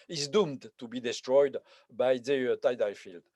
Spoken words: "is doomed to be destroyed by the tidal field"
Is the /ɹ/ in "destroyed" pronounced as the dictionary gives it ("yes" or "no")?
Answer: yes